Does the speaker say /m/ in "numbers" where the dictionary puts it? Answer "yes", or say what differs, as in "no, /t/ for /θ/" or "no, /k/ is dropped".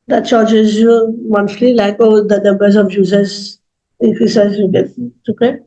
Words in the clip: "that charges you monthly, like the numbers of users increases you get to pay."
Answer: no, /m/ is dropped